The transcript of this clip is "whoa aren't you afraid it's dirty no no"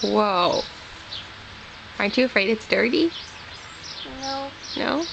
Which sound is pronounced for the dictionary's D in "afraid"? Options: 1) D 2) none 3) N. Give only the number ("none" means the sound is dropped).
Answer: 1